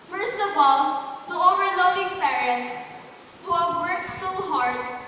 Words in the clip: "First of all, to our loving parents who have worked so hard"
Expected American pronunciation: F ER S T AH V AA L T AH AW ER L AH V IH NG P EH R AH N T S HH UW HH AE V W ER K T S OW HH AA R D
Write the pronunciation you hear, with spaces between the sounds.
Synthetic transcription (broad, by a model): F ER S T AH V AA L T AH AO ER L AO IH NG P EH R AH N T S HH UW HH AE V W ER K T S OW HH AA R D